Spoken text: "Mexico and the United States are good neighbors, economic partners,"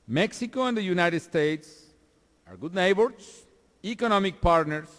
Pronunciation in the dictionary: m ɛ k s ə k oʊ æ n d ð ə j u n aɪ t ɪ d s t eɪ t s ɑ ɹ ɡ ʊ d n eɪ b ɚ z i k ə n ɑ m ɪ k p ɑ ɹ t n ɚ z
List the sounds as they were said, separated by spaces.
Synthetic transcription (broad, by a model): m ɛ k s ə k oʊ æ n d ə j u n aɪ t ɪ d s t eɪ t s ɑ ɹ ɡ ʊ d n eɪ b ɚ s i k ə n ɑ m ɪ k p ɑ ɹ t n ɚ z